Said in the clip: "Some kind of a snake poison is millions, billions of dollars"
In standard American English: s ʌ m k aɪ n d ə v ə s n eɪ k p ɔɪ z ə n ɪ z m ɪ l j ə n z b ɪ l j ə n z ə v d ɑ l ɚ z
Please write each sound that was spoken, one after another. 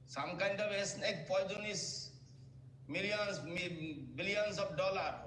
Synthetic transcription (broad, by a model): s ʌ m k aɪ n d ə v ə s n eɪ k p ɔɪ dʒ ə n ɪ s m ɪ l j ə n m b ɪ l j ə n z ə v d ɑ l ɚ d